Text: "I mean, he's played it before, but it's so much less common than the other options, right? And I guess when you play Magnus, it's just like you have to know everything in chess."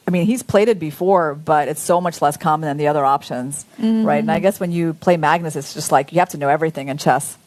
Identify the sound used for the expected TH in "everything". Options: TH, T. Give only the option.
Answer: TH